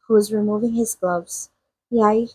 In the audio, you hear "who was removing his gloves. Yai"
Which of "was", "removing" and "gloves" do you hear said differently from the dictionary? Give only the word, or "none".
none